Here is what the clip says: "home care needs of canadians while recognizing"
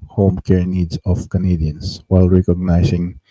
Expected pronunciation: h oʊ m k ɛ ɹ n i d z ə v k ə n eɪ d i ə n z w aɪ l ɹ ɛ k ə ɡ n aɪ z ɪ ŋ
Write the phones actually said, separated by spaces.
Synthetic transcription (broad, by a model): h oʊ m k ɛ ɹ n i d s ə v k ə n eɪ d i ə n s w aɪ l ɹ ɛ k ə ɡ n aɪ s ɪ ŋ